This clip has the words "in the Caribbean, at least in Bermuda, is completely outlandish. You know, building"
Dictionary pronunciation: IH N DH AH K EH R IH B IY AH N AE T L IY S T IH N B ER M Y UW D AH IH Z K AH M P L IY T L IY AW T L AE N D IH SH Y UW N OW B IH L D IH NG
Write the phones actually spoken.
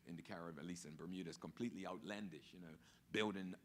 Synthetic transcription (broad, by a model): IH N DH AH K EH R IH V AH L IY S IH N B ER M Y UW D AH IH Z K AH M P L IY T L IY AW T L AE N D IH SH Y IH N OW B IH L D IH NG